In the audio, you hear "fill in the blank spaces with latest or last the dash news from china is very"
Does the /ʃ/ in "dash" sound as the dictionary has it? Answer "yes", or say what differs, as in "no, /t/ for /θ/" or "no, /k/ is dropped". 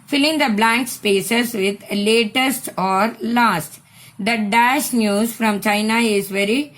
yes